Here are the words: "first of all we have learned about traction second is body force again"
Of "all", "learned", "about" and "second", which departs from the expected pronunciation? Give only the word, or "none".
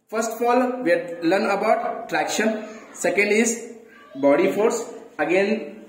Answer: learned